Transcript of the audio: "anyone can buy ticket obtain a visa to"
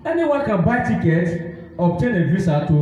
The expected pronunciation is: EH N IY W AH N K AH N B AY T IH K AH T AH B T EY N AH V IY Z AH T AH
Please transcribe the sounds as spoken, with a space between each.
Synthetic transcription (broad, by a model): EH N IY W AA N K AH N B AY T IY K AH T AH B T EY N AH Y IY S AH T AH